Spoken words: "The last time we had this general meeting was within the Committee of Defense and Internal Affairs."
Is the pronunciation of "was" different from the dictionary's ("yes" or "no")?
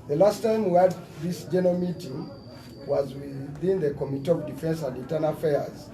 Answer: no